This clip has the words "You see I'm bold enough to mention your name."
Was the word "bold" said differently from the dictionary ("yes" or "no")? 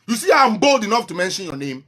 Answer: no